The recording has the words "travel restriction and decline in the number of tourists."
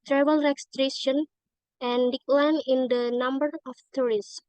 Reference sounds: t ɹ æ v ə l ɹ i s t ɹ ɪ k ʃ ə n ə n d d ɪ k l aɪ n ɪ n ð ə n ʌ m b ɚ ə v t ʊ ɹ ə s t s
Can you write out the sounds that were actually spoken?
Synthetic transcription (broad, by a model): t ɹ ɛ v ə l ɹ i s t ɹ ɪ ʃ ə n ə n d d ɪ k l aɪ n ɪ n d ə n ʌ m b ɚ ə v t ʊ ɹ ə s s